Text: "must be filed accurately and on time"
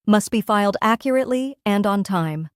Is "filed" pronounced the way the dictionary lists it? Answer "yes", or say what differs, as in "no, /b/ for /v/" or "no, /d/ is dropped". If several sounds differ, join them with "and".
yes